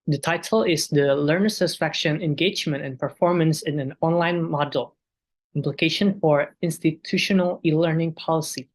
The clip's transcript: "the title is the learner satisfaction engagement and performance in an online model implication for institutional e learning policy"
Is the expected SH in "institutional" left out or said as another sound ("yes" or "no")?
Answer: no